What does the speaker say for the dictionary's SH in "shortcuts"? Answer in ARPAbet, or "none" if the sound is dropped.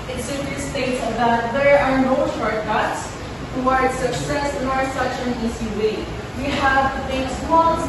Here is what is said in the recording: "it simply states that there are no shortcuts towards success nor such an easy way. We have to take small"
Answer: S